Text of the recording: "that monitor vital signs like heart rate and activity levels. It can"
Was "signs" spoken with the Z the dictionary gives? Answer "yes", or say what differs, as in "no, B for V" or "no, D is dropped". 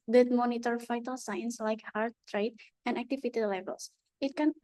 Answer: no, S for Z